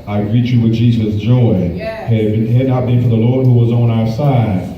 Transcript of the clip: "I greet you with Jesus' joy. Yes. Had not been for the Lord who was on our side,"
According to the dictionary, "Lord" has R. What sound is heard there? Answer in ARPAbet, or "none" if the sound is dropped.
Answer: R